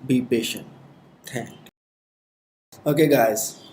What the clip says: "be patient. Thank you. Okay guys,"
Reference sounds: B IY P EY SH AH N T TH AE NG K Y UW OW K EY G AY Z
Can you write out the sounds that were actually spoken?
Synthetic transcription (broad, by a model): B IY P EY SH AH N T T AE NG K OW K EY G AY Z